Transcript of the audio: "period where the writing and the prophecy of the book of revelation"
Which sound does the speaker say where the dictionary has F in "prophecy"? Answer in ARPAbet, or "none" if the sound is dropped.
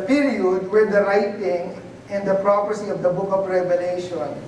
P